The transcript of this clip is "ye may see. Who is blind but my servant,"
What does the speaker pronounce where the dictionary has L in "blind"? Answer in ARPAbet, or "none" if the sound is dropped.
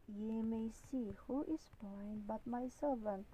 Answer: none